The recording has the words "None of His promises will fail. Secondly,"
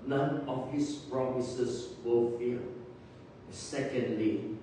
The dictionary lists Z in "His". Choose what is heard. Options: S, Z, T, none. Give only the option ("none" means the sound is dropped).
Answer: S